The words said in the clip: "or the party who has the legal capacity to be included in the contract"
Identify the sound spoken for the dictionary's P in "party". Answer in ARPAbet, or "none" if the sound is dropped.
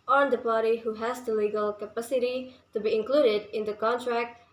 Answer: P